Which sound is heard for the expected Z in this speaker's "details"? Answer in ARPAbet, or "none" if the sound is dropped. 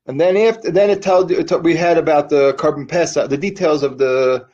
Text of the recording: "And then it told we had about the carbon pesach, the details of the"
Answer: Z